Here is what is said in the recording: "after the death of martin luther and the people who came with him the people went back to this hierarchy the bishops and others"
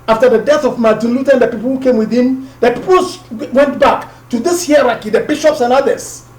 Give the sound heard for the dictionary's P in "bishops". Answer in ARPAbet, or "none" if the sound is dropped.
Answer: P